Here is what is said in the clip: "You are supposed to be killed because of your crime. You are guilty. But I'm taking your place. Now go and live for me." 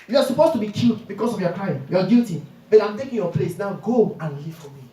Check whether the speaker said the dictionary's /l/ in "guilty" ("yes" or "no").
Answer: no